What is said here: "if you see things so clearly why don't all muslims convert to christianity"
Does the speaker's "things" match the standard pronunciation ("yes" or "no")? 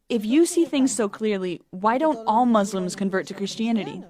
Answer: yes